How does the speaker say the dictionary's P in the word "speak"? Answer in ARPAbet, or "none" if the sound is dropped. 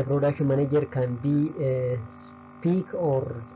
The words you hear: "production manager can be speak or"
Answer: P